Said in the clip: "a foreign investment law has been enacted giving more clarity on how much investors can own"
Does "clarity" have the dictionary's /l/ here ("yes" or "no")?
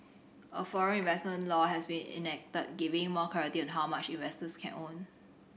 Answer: no